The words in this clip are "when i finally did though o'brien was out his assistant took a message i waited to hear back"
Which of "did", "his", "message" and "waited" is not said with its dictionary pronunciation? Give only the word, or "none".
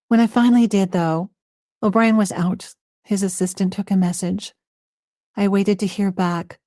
none